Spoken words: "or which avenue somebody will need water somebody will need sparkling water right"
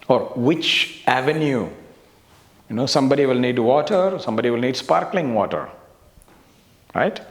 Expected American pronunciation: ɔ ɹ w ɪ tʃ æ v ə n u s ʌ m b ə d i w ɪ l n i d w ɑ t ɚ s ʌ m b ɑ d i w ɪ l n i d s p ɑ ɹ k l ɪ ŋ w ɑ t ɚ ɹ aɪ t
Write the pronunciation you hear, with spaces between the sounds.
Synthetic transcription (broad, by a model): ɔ ɹ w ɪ tʃ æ v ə n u s ʌ m b ə d i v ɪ l n i d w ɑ t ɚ s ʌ m b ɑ d i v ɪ l n i d s p ɑ ɹ k l ɪ ŋ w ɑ t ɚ ɹ aɪ t